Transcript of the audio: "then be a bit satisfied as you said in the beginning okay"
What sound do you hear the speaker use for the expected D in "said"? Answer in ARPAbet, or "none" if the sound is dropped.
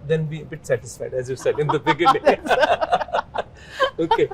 D